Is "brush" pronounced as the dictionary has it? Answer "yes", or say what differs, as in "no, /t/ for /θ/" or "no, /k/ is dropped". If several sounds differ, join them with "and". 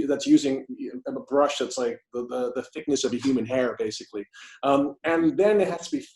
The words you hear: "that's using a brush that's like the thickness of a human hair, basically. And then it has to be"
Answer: yes